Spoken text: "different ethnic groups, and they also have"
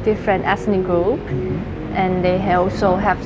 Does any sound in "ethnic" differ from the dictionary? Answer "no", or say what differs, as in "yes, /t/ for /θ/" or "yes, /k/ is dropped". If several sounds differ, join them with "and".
yes, /s/ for /θ/